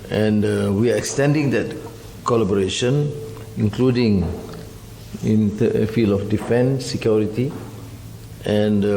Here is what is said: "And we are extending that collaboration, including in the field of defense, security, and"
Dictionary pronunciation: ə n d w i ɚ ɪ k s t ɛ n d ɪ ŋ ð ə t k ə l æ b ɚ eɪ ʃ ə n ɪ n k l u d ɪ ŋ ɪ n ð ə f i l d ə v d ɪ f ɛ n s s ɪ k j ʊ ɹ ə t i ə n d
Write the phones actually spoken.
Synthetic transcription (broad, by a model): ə n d w i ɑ ɪ k s t ɛ n d ɪ ŋ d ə t k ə l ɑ b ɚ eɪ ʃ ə n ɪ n k l u d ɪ ŋ ɪ n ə f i l ə f d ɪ f ɛ n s s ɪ k j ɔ ɹ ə t i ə n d